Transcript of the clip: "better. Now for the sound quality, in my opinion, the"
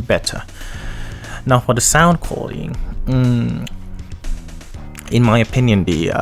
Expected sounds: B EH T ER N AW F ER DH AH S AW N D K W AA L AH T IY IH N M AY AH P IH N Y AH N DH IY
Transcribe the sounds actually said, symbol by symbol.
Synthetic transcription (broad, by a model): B EH T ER N AW F ER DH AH S AW N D K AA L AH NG IH N M AY AH P IH N Y AH N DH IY